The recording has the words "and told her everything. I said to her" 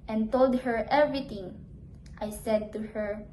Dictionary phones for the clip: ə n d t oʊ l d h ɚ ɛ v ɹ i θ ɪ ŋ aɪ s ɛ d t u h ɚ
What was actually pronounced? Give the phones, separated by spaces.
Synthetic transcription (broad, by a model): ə n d t oʊ l d h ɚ ɛ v ɹ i t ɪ ŋ aɪ s ɛ d t u h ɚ